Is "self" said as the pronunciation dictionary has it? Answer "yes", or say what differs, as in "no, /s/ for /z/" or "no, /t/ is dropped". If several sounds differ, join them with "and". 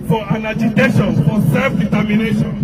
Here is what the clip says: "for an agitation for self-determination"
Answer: yes